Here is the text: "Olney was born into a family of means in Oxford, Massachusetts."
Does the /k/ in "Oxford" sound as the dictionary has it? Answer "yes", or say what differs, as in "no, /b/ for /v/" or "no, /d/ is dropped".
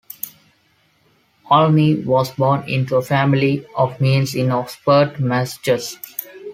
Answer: no, /k/ is dropped